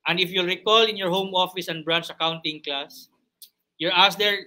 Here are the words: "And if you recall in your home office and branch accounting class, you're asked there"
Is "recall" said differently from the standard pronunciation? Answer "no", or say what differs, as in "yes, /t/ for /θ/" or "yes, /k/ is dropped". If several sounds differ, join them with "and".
no